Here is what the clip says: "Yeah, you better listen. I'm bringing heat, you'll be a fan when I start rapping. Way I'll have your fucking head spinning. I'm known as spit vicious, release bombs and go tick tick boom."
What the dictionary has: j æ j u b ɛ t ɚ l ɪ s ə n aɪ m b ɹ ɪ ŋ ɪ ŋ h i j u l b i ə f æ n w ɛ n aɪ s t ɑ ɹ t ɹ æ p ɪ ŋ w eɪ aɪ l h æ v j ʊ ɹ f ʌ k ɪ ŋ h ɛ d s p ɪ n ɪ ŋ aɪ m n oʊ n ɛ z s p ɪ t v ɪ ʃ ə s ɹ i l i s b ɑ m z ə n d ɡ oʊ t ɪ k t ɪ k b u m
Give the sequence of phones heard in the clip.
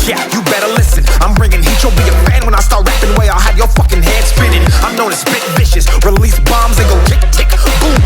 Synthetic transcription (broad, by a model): j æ j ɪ b ɛ t ɚ l ɪ s ə n aɪ m ɹ ɪ ŋ ɪ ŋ h i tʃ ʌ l b i ə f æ n w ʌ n aɪ s t ɑ ɹ t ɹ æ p ɪ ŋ w eɪ aɪ l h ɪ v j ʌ ɹ f ʌ k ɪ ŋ h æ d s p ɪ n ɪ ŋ aɪ m n oʊ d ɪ s b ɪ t v ɪ ʃ ə s ɹ i l i s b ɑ m z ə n ɡ oʊ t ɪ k t ɪ k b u